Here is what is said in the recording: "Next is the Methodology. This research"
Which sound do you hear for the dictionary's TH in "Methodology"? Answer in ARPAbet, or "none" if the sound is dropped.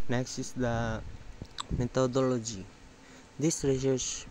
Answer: T